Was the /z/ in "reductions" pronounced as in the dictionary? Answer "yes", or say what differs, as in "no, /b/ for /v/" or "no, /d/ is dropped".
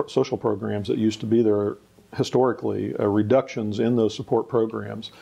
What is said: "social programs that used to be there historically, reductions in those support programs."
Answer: yes